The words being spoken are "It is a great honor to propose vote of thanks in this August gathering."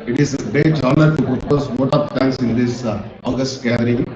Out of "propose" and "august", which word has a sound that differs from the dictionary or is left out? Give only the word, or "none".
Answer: propose